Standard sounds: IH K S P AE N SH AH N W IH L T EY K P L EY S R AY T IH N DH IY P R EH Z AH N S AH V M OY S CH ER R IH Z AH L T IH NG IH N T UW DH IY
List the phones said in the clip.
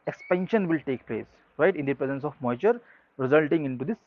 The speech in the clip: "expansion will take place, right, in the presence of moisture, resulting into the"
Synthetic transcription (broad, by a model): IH K S P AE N SH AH N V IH L T EY K P L EY S R AY T IH N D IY P R EH Z AH N S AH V M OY CH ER R IH Z AH L T IH NG IH N T UW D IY